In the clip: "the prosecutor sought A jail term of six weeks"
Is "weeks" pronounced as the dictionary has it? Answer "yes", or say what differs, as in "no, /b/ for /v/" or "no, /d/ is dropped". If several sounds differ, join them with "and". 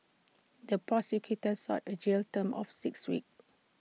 no, /s/ is dropped